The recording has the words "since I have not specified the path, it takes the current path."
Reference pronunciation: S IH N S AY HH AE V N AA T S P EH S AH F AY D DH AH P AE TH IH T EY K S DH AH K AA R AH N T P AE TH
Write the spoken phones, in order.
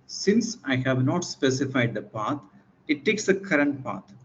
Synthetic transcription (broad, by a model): S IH N S AY HH AE V N AA T S P EH S AH F AY D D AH P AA T IH T EY K S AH K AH R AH N T P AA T